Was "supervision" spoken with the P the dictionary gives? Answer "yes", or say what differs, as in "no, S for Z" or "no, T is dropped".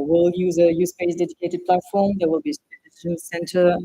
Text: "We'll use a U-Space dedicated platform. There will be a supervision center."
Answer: no, P is dropped